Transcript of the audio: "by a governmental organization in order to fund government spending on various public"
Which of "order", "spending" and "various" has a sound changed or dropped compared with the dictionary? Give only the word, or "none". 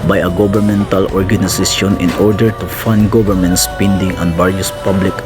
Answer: various